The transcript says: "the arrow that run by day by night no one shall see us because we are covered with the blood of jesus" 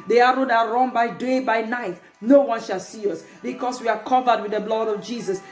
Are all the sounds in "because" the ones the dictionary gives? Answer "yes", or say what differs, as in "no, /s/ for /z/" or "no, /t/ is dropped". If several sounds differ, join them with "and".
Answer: no, /s/ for /z/